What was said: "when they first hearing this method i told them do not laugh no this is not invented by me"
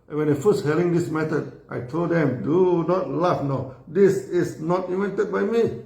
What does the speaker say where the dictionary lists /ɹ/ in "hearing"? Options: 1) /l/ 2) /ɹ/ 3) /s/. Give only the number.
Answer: 1